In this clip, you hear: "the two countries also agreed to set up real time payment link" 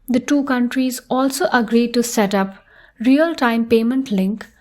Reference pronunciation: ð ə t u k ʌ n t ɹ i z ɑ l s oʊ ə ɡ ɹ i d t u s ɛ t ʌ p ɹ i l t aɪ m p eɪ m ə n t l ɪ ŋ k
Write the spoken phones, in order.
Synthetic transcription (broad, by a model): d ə t u k ʌ n t ɹ i z ɑ l s oʊ ə ɡ ɹ i d t u s ɛ t ʌ p ɹ i l t aɪ m p eɪ m ə n t l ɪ ŋ k